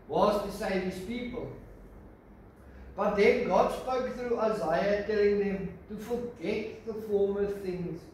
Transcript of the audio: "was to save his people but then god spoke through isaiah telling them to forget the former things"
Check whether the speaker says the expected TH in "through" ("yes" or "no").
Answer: yes